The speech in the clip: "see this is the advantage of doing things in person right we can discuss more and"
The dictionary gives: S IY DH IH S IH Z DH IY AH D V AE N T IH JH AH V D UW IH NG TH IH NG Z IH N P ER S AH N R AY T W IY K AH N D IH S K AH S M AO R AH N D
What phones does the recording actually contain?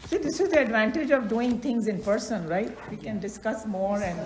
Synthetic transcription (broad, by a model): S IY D IH S IH Z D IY AH D V AE N T IH JH AH V D UW IH NG T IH NG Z IH N P ER S AH N R AY T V IY K AH N D IH S K AH S M AO R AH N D